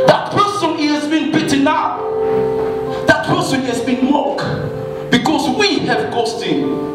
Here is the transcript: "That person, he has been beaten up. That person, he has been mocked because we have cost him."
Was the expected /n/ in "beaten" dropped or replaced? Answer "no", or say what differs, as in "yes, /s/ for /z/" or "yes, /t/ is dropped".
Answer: no